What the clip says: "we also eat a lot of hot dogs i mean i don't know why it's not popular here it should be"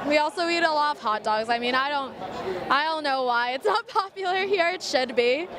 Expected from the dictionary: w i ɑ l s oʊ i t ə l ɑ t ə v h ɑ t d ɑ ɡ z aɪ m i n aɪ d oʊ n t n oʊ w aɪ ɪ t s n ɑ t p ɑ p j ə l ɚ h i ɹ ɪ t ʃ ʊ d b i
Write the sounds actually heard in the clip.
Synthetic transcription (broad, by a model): w i ɑ l s oʊ i t ə l ɑ t ə v h ɑ t d ɑ ɡ z aɪ m i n aɪ d oʊ n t n oʊ w aɪ ɪ t s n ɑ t p ɑ p j l ɚ h i ɹ ɪ t ʃ ʊ d b i